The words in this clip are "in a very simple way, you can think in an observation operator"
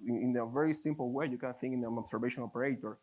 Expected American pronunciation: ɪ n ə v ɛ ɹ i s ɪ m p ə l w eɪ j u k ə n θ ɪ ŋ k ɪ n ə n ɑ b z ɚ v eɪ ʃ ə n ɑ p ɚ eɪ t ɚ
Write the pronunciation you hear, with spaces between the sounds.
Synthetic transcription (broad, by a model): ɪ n ə v ɛ ɹ i s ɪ m p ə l w eɪ j u k ə n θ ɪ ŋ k ɪ n ə n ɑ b s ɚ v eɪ ʃ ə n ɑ p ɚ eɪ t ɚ